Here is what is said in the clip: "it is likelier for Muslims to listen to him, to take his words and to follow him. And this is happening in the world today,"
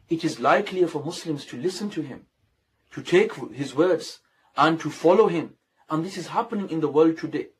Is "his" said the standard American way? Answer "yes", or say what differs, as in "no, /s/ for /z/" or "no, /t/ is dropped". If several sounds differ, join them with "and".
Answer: yes